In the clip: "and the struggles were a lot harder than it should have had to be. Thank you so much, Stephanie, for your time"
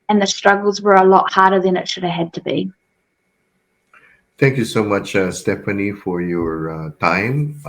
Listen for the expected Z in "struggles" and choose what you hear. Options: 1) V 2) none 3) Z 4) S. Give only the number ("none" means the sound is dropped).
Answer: 3